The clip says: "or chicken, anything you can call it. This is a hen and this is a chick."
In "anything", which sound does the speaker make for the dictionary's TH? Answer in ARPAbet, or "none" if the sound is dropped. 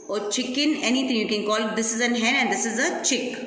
T